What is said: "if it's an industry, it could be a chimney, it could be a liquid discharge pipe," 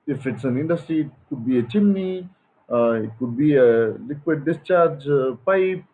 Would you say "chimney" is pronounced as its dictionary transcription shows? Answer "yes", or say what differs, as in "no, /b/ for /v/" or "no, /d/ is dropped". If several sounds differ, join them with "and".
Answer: no, /n/ is dropped